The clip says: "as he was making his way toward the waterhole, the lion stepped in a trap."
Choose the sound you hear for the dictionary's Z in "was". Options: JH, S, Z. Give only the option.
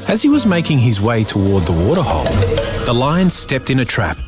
Z